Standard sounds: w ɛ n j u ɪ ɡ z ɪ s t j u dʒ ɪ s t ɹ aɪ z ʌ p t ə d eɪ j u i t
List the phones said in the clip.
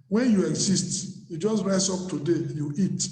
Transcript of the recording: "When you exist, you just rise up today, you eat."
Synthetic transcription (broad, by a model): w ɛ n j u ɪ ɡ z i s t j u dʒ ɪ s t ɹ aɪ s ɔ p t ə d eɪ j u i t